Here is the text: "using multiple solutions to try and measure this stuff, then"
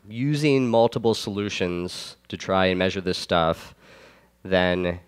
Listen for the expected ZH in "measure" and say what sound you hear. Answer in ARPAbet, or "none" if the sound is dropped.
ZH